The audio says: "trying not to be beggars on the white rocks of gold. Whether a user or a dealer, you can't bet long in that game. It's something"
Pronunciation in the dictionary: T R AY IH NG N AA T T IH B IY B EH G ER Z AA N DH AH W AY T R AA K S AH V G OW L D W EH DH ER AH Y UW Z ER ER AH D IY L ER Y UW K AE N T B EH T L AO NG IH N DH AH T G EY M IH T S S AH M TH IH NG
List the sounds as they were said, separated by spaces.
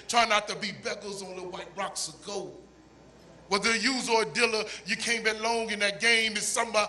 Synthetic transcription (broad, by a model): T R AY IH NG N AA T T IH B IY B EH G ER Z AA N DH AH W AY T R AA K S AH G OW W EH DH ER Y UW Z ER ER AH D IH L ER Y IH K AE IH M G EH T L AO NG IH N DH AH T G EY M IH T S S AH M